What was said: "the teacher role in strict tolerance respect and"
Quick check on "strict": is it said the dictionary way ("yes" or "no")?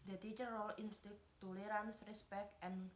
no